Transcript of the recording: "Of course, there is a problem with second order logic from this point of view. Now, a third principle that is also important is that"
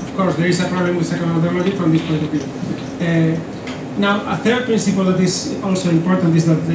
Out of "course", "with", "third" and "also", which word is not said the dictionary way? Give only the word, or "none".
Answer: none